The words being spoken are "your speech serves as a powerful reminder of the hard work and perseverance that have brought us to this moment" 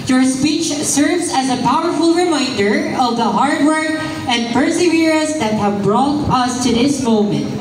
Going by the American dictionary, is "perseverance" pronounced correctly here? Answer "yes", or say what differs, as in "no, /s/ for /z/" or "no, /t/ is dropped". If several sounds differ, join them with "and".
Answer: no, /n/ is dropped